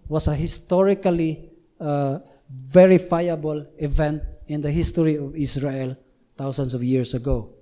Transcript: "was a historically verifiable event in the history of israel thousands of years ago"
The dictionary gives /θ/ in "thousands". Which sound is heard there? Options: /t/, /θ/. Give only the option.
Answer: /t/